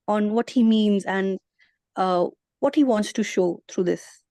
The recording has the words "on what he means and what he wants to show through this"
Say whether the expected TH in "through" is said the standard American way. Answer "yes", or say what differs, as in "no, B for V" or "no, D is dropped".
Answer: no, T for TH